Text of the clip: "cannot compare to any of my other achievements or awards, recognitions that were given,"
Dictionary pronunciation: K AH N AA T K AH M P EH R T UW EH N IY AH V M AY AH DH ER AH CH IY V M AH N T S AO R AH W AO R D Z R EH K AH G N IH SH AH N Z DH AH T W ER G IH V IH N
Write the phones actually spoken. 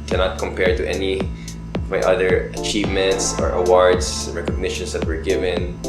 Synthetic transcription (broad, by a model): K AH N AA T K AH M P EH R T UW EH N IY AH V M AY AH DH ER AH CH IY V M AH N T S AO R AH W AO R D S R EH K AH G N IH SH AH N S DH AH T W ER G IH V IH N